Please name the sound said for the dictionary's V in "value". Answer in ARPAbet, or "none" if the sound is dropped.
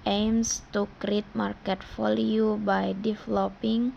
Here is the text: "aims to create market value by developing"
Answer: F